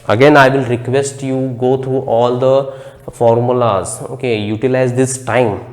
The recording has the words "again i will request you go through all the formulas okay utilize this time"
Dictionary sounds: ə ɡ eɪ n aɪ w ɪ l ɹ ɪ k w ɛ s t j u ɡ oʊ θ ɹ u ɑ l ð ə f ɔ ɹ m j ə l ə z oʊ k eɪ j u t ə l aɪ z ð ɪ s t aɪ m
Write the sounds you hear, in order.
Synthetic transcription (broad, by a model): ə ɡ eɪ n aɪ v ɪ l ɹ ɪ k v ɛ s t j u ɡ oʊ t ɹ u ɑ l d ə f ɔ ɹ m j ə l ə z oʊ k eɪ j u t ə l aɪ z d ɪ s t aɪ m